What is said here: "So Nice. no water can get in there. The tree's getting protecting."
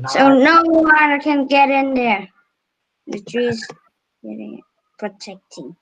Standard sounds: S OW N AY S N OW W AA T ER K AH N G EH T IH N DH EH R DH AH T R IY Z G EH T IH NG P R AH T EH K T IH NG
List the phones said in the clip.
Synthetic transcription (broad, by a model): S OW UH N OW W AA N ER K AH N G EH T IH N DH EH R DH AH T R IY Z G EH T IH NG P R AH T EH K T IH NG